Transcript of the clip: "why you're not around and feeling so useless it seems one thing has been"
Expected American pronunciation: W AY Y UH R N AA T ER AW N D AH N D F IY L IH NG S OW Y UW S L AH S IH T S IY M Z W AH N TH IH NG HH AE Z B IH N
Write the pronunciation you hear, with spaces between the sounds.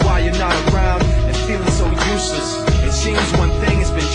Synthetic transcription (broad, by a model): W AY Y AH R N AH T ER AW N D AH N F IY L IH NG S OW Y UW S L AH S IH T S IY M Z W AH N TH IH NG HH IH Z B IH N